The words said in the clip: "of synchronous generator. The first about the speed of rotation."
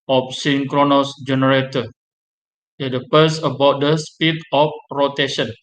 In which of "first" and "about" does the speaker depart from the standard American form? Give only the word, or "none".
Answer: first